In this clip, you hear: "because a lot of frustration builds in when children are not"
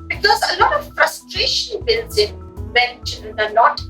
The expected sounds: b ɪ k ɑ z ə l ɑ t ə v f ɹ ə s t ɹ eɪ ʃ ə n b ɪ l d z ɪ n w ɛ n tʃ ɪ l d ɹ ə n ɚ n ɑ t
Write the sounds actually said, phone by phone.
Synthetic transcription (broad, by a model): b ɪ k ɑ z ə l ɑ t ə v f ɹ ə s t ɹ eɪ ʃ ə n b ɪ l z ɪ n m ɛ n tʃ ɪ n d ə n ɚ n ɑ t